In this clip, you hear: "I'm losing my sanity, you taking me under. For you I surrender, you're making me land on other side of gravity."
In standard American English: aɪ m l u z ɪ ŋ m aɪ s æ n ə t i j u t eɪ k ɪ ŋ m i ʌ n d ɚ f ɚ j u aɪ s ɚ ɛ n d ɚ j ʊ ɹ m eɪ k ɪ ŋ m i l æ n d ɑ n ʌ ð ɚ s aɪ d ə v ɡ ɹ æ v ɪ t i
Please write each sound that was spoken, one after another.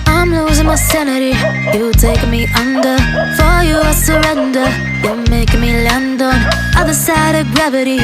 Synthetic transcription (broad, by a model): aɪ m l u z ɪ ŋ m aɪ s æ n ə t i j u t eɪ ɪ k m i ʌ n d ɚ f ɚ j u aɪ s ɚ ɛ n d ɚ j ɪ m eɪ k ɪ ŋ m i l æ n d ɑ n ʌ ð ɚ s aɪ d ə v ɡ ɹ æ v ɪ t i